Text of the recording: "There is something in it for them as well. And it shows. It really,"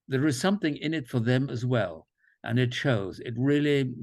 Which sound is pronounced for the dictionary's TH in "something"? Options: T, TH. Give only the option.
TH